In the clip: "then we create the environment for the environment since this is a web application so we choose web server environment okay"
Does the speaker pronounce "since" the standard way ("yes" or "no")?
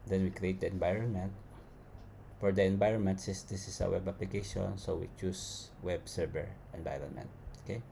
no